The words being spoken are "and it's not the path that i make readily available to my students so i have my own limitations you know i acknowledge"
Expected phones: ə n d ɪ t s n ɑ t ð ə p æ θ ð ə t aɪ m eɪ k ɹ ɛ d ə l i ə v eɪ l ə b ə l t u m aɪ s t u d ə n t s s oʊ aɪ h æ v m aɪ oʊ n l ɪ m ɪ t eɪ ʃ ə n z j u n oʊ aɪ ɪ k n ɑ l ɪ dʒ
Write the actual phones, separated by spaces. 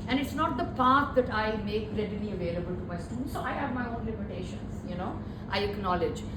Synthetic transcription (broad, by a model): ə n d ɪ t s n ɑ t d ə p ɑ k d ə t aɪ m eɪ k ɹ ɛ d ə n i ə v eɪ l ə b ə l t u m aɪ s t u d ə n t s s oʊ aɪ h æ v m aɪ oʊ n l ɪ m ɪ t eɪ ʃ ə n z j u n oʊ aɪ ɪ k n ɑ l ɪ dʒ